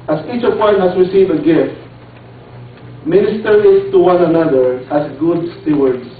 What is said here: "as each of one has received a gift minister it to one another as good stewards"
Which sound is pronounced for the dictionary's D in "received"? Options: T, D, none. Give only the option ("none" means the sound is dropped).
none